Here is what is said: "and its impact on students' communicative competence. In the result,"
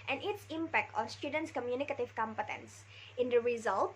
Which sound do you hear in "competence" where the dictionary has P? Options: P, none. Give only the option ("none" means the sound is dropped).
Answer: P